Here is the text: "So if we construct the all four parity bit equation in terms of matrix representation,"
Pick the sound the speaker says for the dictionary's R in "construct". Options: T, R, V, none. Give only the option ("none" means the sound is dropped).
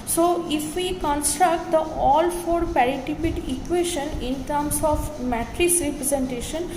R